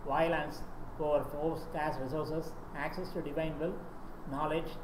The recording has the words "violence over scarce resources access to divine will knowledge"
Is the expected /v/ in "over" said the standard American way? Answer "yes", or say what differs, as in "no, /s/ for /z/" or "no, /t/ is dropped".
no, /f/ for /v/